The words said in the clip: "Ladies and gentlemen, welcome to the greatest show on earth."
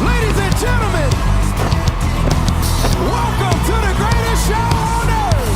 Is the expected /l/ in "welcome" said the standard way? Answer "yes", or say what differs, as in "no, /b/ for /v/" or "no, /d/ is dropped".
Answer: yes